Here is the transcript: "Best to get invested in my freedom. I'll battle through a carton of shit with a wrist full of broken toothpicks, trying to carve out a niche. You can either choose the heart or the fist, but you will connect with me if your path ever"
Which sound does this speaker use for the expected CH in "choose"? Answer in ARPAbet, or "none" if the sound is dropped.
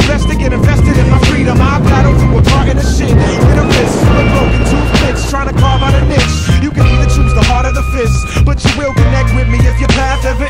CH